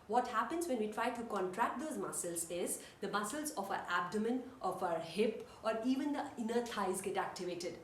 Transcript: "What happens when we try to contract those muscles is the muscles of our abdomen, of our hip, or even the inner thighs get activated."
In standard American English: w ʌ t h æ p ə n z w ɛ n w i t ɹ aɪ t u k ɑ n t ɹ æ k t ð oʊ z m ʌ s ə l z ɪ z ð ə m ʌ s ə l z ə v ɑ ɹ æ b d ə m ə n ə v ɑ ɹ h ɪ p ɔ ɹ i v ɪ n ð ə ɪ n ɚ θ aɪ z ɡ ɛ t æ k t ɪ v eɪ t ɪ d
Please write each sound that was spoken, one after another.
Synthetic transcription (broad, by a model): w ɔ t h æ p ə n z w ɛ n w i t ɹ aɪ t u k ɑ n t ɹ æ k t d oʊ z m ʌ s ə l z ɪ z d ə m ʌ s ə l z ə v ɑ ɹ æ b d ə m ə n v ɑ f h ɪ p ɔ ɹ i v ɪ n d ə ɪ n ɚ t aɪ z ɡ ɛ t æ k t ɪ v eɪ t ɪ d